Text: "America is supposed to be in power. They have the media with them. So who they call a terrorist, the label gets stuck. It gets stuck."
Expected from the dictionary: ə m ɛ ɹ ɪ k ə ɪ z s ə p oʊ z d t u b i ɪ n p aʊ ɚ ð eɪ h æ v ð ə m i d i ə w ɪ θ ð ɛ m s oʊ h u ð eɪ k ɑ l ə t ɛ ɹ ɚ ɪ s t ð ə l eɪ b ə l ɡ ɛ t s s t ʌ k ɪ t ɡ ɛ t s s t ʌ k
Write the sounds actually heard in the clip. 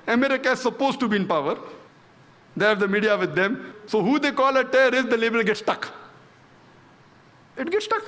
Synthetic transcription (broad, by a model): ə m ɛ ɹ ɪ k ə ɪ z s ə p oʊ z t u b i ɪ n p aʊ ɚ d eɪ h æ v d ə m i d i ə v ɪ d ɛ m s oʊ h u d eɪ k ɑ l ə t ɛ ɚ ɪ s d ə l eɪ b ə l ɡ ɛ t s s t ʌ k ɪ t ɡ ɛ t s s t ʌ k